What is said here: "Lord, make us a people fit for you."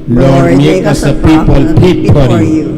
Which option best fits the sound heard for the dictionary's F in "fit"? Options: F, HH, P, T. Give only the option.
P